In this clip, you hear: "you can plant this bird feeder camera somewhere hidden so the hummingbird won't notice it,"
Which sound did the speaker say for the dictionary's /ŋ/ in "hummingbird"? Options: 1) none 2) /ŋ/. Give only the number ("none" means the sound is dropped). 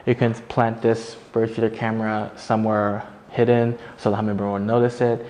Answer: 1